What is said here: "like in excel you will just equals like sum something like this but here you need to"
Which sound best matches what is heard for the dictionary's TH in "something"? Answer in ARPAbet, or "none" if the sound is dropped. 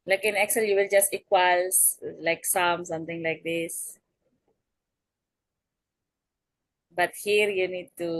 T